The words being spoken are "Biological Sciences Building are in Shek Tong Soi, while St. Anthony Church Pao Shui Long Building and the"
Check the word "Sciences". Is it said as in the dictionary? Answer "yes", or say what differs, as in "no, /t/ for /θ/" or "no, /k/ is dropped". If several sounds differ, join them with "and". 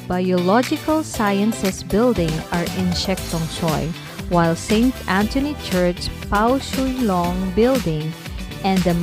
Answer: no, /s/ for /z/